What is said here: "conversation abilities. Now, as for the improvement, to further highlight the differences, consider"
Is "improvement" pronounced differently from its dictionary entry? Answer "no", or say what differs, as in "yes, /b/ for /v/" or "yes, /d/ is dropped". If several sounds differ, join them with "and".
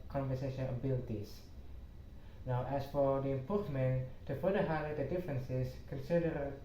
yes, /ɹ/ is dropped